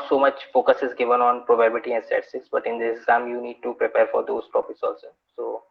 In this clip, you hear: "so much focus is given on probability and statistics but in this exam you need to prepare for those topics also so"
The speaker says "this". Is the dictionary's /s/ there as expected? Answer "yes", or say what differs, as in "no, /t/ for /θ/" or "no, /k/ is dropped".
no, /s/ is dropped